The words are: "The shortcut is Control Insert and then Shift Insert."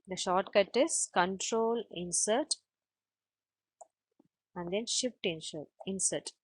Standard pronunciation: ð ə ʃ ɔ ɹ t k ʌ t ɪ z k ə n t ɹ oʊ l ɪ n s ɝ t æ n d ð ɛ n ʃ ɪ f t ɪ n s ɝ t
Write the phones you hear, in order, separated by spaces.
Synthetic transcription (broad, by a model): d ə ʃ ɔ ɹ t k ʌ t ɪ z k ə n t ɹ oʊ l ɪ n s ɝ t æ n d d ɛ n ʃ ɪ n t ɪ n s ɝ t